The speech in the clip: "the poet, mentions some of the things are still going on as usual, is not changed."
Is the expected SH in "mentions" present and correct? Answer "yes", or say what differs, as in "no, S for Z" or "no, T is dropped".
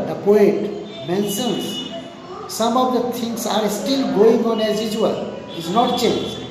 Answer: no, S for SH